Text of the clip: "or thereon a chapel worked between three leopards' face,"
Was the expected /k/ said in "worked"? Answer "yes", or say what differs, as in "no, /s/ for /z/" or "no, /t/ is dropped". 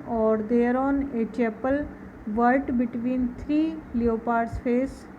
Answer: no, /k/ is dropped